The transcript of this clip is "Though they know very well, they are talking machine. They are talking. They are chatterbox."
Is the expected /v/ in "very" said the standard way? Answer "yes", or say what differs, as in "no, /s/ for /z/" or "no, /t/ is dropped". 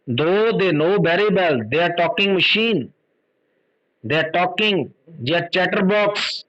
no, /b/ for /v/